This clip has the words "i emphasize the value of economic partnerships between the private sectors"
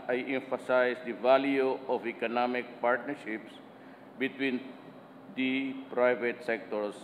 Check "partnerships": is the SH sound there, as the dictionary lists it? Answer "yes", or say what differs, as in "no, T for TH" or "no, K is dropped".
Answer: yes